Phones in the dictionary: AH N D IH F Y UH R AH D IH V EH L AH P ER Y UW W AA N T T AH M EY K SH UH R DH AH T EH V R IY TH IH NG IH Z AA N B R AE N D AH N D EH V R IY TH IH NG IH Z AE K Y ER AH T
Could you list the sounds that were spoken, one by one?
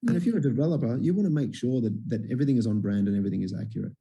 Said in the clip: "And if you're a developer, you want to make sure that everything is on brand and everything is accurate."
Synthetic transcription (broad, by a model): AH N IH F Y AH R AH D IH V EH L AH P ER Y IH W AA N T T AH M EY K SH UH R DH AH T EH V R IY TH IH NG IH Z N B R AE N D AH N EH V R IY TH IH NG IH Z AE K Y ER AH T